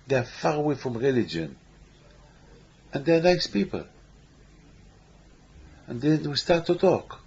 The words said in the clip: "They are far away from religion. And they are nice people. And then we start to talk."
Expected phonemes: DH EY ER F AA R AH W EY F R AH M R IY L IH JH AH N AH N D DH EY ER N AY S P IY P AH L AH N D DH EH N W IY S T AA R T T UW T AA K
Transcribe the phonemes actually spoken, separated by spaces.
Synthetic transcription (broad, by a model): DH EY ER F AA R AH W EY F R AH M R IY L IH JH AH N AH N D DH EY ER N AY S P IY P AH L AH N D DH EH N W IY S T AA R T T UW T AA K